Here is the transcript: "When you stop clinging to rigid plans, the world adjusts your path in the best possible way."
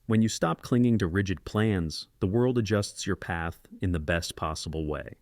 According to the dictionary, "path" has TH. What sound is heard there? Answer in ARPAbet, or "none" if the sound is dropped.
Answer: TH